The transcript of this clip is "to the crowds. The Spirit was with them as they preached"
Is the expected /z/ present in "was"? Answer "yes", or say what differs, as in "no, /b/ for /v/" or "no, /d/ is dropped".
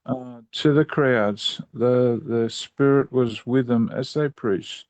yes